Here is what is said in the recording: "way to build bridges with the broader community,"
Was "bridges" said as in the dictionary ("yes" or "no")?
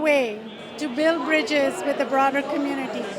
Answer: yes